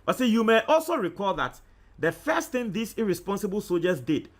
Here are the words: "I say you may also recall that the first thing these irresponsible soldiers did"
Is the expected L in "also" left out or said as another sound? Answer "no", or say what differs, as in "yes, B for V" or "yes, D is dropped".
no